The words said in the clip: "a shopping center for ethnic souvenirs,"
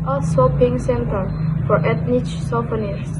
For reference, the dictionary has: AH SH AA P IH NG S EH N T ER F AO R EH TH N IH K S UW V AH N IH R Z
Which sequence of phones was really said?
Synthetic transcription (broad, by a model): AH S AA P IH NG S EH N T ER F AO R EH T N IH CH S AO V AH N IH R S